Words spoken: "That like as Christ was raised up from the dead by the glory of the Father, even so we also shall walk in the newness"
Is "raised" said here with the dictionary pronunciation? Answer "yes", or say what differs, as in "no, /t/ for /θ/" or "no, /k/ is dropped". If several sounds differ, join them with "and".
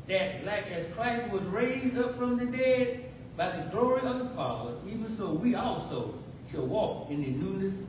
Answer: yes